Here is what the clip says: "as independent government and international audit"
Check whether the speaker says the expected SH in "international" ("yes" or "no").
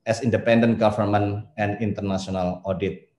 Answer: no